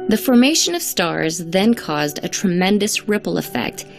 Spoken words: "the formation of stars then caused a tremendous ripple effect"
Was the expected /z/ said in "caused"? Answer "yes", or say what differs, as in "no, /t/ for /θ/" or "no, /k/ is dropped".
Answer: yes